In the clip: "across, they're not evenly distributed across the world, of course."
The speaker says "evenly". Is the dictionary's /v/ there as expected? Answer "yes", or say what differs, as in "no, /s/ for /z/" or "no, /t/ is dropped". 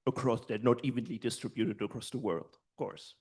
yes